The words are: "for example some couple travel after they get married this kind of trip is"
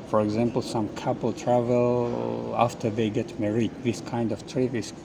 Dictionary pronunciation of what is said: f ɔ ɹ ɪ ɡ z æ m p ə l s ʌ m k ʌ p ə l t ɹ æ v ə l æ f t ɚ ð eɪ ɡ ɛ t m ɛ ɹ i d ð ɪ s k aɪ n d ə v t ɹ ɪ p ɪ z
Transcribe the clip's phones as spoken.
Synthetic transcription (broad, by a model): f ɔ ɹ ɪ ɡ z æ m p l s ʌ m k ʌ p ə l t ɹ æ v ə l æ f t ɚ ð eɪ ɡ ɛ t m ɛ ɹ i d ð ɪ s k aɪ n d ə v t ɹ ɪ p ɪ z